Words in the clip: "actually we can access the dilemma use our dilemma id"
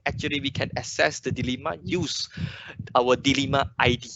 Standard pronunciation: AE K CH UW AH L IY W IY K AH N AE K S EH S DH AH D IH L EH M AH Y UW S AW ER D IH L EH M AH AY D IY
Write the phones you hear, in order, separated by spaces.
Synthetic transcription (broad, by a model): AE K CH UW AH L IY W IY K AH N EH S EH S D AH D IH L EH M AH Y UW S AW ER D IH L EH M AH AY D IY